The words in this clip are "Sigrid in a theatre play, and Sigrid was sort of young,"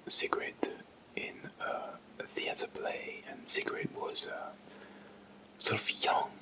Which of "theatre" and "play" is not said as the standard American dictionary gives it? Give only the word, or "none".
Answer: none